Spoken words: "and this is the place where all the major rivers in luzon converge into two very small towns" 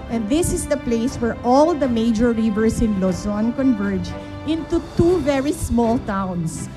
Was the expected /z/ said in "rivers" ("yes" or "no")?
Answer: no